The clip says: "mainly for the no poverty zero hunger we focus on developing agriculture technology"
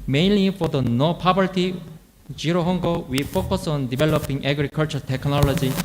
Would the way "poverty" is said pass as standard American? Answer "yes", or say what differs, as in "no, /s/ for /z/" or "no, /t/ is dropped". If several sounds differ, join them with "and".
no, /b/ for /v/